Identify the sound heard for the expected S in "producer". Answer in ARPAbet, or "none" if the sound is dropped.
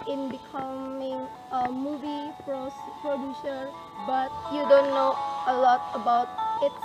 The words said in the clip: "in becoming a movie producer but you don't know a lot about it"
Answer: SH